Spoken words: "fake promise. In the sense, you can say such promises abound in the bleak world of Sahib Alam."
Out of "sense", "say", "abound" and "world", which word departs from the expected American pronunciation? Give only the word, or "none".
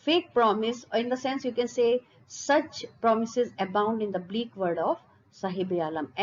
world